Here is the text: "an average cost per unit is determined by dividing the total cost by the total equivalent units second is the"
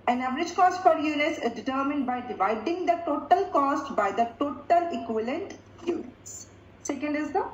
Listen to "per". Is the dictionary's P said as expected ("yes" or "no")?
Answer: no